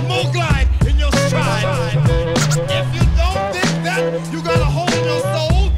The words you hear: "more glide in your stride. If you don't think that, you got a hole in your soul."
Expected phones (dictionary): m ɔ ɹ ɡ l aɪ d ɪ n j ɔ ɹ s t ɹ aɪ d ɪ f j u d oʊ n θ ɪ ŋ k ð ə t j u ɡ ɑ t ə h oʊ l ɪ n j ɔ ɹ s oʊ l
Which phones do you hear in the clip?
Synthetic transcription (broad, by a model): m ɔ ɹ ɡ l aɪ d ɪ n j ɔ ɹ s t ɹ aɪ ɪ f j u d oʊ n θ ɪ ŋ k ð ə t j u ɡ ɑ t ə h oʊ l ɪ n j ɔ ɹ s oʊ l